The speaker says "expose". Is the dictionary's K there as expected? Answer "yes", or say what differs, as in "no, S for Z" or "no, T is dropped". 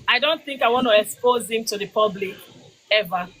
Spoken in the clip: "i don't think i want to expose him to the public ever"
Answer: yes